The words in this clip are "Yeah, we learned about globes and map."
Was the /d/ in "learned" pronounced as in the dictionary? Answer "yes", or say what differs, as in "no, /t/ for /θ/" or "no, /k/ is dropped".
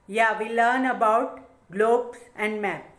no, /d/ is dropped